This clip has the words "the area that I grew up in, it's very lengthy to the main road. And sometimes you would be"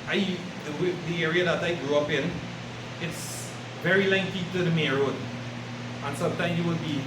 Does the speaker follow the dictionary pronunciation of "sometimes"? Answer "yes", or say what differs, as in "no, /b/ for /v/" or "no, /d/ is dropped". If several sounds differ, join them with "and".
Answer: no, /z/ is dropped